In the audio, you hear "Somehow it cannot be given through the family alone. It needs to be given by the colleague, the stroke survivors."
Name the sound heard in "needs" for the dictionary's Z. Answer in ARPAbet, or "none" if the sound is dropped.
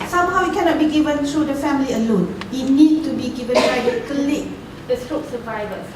none